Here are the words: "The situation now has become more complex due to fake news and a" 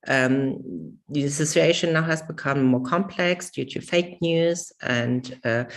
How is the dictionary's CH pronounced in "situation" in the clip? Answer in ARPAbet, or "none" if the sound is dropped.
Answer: S